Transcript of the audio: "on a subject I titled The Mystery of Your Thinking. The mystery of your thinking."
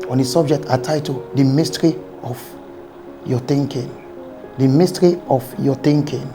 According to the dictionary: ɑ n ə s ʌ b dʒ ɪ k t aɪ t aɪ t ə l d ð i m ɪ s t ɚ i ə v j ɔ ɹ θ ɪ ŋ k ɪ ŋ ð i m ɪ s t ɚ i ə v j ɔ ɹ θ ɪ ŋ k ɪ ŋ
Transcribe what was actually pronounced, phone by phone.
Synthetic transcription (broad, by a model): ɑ n ə s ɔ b dʒ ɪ k t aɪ t aɪ t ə d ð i m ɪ s t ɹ i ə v j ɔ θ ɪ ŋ k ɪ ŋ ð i m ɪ s t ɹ i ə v j ɔ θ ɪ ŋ k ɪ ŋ